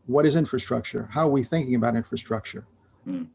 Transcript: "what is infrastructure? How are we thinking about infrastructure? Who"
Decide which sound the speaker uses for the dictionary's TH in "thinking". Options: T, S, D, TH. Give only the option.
TH